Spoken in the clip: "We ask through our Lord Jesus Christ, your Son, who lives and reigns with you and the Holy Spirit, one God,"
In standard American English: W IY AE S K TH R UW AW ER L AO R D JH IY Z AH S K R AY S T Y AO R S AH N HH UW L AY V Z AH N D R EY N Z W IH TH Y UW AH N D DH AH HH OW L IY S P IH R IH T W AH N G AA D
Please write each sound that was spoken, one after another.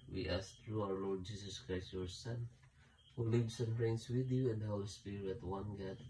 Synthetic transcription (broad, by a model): W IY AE S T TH R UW AW ER L AO R D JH IY S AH S K R AY S T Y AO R S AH N HH UW L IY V S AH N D R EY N S W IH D Y UW AH N D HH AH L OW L S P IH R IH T W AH N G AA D